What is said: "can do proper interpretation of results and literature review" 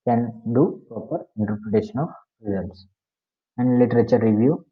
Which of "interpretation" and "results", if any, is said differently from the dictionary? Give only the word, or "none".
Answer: none